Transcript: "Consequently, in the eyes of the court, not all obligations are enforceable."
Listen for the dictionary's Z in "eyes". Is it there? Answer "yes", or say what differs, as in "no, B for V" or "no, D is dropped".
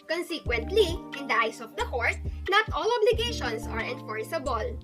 no, S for Z